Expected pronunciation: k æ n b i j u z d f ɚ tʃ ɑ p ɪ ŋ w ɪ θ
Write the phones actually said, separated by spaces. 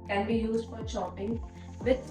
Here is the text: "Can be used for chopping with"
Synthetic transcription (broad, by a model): k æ n b i j u z d f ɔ ʃ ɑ p ɪ ŋ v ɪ